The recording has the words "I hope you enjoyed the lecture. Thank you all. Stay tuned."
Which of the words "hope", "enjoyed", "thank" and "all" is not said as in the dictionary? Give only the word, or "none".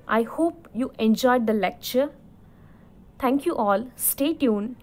thank